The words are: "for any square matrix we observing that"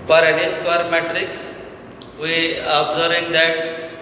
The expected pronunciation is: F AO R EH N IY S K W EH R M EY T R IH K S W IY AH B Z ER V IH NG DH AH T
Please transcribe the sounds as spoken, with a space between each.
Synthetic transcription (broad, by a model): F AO R EH N IY S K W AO R M EY T R IH K S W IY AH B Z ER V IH NG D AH T